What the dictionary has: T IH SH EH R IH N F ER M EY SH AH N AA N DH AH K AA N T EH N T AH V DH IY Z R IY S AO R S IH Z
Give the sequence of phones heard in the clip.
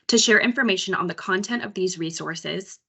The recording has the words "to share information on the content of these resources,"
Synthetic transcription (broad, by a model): T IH SH EH R IH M F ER M EY SH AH N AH N DH AH K AA N T EH N T AH V DH IY Z R IY S AO R S IH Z